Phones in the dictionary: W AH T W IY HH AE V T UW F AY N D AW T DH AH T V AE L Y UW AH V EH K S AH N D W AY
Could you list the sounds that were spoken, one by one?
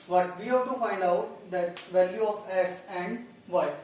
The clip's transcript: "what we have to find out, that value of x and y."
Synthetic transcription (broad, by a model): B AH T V IY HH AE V T UW F AY N D AW T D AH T V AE L Y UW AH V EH S AH N D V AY